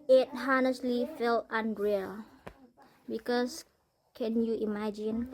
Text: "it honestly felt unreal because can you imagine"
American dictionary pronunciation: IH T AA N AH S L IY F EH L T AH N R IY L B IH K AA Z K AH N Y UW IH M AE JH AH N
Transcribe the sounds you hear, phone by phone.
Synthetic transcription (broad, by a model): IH T AA N AH S L IY F EH L T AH N R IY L B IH K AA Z K AH N Y UW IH M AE JH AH N